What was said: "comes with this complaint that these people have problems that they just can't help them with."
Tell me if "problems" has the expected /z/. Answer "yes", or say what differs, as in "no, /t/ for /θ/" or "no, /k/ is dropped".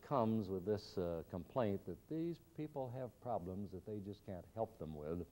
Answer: yes